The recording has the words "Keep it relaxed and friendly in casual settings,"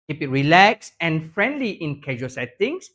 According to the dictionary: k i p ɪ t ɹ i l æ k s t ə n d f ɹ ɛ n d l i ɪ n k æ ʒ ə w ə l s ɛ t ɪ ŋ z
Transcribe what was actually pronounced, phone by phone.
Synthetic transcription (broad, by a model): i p ɪ t ɹ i l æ k s ə n f ɹ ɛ n d l i ɪ n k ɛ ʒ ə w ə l s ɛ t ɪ ŋ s